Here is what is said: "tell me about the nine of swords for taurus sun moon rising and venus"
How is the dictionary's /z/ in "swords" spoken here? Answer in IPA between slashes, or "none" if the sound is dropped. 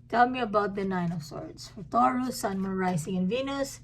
/s/